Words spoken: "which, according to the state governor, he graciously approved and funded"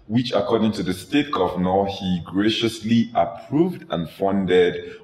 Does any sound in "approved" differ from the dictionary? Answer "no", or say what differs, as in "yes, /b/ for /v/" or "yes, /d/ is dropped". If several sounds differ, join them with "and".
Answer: no